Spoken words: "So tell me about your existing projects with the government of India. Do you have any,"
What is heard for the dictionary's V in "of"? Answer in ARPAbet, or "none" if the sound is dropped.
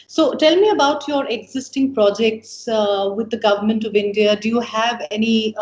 V